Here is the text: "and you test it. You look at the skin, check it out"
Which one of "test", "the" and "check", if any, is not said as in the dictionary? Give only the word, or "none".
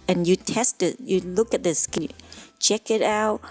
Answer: none